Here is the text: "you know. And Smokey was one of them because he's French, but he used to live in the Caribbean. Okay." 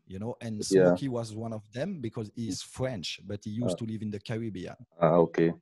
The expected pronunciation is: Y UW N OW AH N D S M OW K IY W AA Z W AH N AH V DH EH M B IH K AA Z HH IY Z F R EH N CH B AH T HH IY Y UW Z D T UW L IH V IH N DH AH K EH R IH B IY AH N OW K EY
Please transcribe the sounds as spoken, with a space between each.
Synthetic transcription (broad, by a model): Y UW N OW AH N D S AE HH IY W AA Z W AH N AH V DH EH M B IH K AA Z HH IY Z F R EH N CH B AH T HH IY Y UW T UW L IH V IH N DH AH K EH R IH B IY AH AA OW K EY